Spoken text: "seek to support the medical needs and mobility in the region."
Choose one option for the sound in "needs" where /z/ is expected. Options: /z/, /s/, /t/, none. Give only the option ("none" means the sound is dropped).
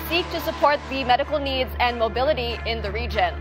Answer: /z/